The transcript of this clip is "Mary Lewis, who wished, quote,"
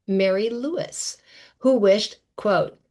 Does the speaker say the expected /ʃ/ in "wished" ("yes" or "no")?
yes